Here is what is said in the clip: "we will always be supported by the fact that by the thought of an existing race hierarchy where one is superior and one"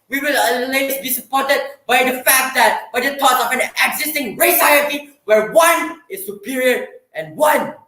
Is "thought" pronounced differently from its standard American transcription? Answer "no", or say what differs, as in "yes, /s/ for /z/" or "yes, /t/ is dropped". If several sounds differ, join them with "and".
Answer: yes, /t/ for /θ/